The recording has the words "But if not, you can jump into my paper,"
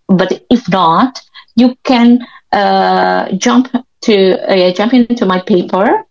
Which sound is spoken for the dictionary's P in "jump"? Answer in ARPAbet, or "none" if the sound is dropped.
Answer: P